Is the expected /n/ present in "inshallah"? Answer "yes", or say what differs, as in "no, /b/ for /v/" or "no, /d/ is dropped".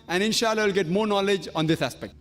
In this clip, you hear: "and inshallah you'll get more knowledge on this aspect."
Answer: yes